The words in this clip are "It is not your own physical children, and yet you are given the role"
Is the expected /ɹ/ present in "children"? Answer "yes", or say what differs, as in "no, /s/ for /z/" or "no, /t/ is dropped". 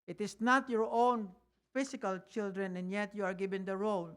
yes